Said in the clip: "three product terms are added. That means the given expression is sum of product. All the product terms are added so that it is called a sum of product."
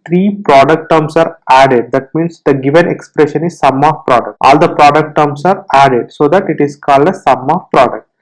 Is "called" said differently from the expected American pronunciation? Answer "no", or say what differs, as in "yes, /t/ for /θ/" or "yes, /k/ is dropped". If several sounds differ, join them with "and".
no